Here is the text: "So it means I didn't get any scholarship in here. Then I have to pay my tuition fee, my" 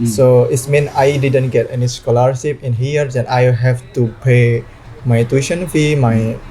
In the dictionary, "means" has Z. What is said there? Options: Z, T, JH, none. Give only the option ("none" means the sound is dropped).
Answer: none